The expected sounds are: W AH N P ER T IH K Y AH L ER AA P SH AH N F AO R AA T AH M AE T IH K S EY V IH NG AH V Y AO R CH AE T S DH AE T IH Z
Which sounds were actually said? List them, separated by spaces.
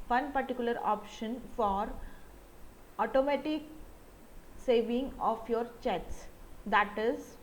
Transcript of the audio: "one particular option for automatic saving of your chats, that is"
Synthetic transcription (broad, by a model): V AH N P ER T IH K Y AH L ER AA P SH AH N F AO R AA T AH M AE T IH K S EY V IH NG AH F Y AO R CH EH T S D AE T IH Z